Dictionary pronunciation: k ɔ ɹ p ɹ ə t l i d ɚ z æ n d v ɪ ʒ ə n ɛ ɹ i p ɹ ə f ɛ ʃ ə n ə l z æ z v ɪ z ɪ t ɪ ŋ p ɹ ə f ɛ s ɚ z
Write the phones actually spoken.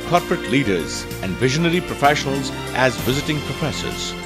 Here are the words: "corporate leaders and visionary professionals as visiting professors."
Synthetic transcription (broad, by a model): k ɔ ɹ p ɹ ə t l i d ɚ z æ n d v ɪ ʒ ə n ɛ ɹ i p ɹ ə f ɛ ʃ ə n ə l z æ z v ɪ z ɪ t ɪ ŋ p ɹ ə f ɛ s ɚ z